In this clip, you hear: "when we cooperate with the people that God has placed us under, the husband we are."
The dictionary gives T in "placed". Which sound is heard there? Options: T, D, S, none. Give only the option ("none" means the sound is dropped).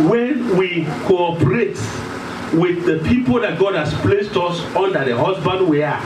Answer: T